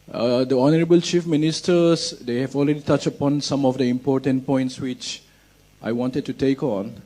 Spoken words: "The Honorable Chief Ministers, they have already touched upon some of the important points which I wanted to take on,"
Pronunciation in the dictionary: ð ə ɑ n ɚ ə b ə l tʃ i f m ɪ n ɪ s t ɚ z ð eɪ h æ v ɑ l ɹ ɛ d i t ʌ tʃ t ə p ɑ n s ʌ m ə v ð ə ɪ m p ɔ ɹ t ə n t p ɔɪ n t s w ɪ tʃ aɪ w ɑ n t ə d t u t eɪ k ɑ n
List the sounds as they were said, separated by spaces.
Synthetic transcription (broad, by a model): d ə ɑ n ɚ ə b ə l tʃ i f m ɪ n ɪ s t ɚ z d eɪ h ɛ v ɑ l ɹ ɛ d i t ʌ tʃ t ə p ɑ n s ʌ m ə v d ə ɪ m p ɔ t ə n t p ɔɪ n t s w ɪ tʃ aɪ w ɑ n t ə d t u t eɪ k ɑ n